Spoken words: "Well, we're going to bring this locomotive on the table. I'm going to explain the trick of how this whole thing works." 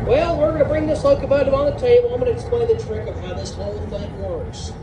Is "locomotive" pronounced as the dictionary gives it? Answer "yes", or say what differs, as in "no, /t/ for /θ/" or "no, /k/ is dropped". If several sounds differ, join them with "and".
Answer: no, /v/ is dropped